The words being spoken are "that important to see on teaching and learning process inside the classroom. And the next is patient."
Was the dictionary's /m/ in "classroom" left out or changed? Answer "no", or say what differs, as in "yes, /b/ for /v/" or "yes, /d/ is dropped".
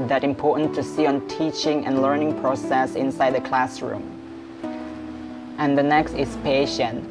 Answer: no